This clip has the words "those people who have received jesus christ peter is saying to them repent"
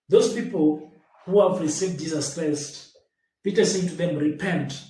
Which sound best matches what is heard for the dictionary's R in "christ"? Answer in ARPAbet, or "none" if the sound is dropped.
R